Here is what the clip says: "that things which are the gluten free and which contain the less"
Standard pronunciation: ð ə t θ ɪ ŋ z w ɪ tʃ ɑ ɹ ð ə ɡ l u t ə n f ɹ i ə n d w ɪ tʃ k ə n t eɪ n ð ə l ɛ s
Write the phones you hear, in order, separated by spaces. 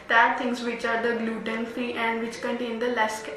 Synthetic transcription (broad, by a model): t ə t t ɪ ŋ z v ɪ tʃ ɑ ɹ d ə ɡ l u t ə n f i ə n d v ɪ tʃ k ə n t eɪ n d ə l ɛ s